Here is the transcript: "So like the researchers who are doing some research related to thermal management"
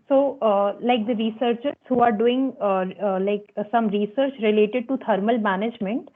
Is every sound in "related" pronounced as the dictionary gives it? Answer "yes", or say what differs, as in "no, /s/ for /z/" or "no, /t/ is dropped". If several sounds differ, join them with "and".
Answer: yes